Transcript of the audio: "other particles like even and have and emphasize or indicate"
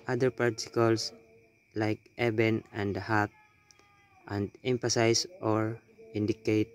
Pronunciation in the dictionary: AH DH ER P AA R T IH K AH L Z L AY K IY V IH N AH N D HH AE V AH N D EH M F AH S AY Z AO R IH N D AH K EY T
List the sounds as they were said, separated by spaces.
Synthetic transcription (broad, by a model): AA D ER P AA R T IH K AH L S L AY K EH B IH N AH N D HH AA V AH N D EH M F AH S AY S AO R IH N D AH K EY T